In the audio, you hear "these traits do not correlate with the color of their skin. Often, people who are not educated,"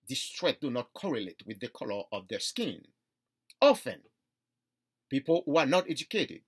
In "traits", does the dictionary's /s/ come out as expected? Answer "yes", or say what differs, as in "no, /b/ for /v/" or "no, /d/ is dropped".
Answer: no, /s/ is dropped